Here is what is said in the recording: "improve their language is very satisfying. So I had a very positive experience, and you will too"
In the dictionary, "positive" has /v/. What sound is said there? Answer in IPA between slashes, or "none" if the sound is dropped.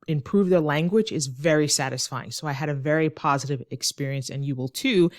/v/